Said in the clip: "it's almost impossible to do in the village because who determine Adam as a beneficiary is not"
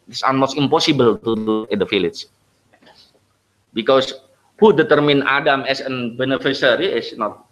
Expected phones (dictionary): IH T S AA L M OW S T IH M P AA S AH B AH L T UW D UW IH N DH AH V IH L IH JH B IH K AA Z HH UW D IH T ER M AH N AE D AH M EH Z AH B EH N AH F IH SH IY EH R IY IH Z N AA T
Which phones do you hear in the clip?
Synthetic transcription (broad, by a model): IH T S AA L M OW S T IH M P AA S AH B AH L T UW D UW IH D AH F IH L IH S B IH K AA S HH UW D IH T ER M AH N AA D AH M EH S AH B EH N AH F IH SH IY R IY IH S N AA T